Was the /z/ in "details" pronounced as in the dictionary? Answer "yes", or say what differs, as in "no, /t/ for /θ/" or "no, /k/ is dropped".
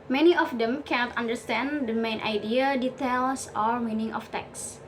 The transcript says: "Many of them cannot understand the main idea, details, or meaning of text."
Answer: no, /s/ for /z/